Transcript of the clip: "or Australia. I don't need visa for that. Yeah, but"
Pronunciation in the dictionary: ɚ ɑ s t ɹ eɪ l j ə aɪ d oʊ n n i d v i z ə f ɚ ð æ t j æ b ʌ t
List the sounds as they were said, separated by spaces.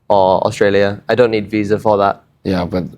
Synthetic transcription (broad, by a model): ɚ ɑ s t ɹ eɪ l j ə aɪ d oʊ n n i d v i z ə f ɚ ð æ t j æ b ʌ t